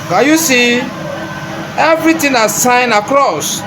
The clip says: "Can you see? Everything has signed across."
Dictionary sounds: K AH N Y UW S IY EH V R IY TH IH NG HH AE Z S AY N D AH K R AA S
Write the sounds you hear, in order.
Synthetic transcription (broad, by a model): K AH Y UW S IY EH V R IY T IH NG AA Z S AY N AH K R AA S